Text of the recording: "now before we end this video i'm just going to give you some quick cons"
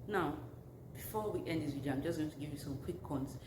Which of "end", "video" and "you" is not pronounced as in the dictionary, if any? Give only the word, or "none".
video